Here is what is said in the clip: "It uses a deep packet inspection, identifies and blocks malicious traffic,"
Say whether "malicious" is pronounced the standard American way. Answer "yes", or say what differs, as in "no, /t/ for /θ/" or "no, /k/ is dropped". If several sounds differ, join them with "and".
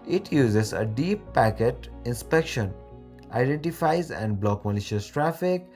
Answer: yes